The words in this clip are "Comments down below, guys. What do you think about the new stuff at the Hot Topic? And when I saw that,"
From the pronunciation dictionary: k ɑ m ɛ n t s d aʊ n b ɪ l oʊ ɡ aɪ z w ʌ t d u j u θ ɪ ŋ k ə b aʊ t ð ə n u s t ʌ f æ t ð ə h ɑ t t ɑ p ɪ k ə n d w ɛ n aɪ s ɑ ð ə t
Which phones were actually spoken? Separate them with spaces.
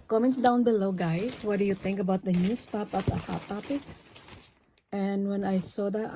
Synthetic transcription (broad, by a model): k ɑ m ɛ n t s d aʊ n b ɪ l oʊ ɡ aɪ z w ʌ t d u j u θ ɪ ŋ k ə b aʊ t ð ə n u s t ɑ p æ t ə h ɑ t t ɑ p ɪ k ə n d w ɛ n aɪ s ɑ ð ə t